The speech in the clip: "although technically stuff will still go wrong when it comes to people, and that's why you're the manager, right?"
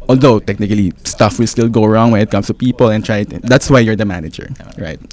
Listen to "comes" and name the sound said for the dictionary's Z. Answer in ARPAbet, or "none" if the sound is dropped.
S